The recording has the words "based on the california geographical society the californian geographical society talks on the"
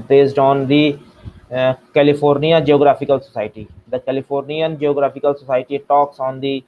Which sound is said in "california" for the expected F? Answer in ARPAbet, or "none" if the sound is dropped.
P